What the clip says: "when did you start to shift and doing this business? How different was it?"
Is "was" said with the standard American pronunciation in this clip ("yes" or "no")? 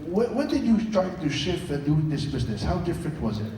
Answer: yes